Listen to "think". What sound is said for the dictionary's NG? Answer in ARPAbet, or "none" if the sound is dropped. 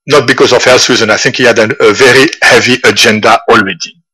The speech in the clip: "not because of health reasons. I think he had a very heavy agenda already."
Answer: NG